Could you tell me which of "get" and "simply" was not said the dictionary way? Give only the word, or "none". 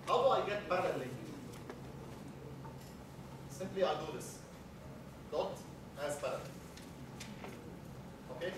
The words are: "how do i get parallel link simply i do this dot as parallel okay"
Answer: none